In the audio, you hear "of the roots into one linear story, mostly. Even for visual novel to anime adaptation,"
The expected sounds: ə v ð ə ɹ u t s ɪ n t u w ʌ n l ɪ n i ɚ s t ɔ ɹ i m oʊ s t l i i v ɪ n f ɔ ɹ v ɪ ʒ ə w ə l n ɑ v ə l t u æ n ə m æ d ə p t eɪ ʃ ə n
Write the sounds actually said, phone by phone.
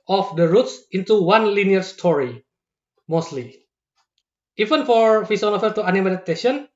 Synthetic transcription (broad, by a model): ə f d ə ɹ u t s ɪ n t u w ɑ n l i n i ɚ s t ɔ ɹ i m oʊ s t l i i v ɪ n f ɔ ɹ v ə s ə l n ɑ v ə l t u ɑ n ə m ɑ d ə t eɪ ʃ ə n